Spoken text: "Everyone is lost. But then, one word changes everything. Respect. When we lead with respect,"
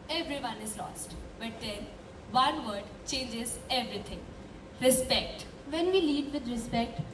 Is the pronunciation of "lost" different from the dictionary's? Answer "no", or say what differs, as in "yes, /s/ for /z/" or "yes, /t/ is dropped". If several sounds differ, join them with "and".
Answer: no